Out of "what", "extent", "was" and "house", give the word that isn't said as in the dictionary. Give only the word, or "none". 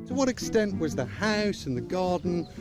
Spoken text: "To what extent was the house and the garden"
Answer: none